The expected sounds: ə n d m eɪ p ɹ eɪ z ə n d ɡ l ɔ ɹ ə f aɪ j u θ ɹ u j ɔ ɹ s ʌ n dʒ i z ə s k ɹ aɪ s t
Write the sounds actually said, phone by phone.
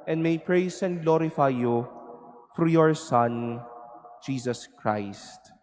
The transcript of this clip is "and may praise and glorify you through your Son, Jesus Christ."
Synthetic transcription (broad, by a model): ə n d m eɪ p ɹ eɪ s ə n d ɡ l ɔ ɹ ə f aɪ j u f ɹ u j ɔ ɹ s ʌ n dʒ i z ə s k ɹ aɪ s t